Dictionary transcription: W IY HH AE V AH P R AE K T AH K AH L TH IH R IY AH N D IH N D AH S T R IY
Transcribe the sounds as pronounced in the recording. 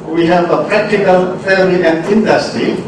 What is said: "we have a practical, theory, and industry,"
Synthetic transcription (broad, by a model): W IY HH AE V AH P R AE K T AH K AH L F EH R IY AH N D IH N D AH S T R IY